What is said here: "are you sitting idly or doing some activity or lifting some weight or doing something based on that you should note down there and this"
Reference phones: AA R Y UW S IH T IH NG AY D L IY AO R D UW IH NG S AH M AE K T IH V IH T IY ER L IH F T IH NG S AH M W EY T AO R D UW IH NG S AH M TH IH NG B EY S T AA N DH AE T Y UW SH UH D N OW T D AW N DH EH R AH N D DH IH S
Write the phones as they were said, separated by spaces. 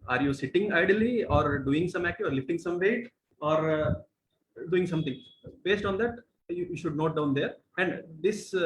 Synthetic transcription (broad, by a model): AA R Y UW S IH T IH NG AY D L IY AO R D UW IH NG S AH M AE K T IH IH T L IH F T IH NG S AH M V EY T AO R D UW IH NG S AH M T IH NG B EY S T AA N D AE T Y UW SH UH D N OW T D AW N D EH R AH N D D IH S